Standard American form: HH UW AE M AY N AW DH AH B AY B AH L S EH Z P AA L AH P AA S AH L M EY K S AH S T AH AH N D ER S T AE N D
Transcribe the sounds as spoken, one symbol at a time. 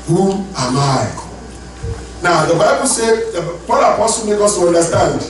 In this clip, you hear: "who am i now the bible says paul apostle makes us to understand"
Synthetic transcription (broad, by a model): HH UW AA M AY N AW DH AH B AY B AH L S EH P AA L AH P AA S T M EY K AO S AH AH N D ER S T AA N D